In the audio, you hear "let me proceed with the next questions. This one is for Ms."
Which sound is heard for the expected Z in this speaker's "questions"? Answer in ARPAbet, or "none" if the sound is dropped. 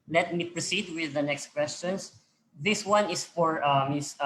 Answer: S